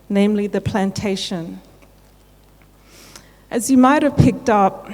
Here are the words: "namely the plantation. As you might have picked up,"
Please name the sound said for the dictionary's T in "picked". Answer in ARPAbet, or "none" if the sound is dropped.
T